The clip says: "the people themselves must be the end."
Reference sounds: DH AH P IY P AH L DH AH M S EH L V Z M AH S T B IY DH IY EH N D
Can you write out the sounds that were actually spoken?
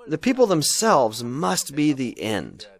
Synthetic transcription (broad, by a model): DH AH P IY P L DH AH M S EH L V Z M AH S T B IY DH IY EH N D